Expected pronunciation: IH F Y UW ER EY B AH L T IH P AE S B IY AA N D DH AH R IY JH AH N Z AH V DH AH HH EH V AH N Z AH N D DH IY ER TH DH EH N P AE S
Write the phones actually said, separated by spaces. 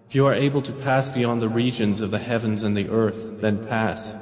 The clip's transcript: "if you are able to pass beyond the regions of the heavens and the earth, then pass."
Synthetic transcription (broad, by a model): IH F Y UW ER EY B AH L T IH P AE S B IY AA N DH AH R IY JH AH N Z AH V DH AH HH EH V AH N Z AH N DH IY ER TH DH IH N P AE S